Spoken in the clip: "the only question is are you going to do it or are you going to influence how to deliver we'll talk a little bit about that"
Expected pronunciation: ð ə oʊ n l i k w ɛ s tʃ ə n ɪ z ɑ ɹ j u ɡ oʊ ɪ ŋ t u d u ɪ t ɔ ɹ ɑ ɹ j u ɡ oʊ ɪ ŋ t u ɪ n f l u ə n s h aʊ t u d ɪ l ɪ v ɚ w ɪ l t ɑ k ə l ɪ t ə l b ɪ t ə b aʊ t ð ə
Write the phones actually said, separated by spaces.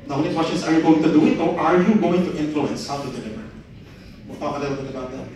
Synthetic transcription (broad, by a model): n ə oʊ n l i k w ɛ s tʃ ə n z ɑ ɹ j u ɡ oʊ ɪ ŋ t u d u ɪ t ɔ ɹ ɑ ɹ j u ɡ oʊ ɪ ŋ t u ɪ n f l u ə n s h aʊ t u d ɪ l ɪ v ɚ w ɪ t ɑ ə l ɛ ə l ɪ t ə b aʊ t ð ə